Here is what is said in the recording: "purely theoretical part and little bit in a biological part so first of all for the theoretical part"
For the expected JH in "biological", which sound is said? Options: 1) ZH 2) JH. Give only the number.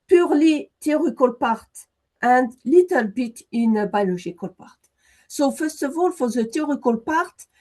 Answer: 1